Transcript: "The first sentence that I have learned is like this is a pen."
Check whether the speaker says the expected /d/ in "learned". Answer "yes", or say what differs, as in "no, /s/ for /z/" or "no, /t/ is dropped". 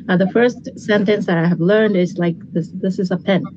yes